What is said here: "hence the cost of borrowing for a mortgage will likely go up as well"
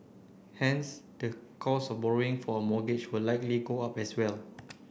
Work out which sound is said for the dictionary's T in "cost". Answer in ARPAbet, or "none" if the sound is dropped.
none